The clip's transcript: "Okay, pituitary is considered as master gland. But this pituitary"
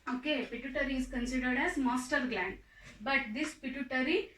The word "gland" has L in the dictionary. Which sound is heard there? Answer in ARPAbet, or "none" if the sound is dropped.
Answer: L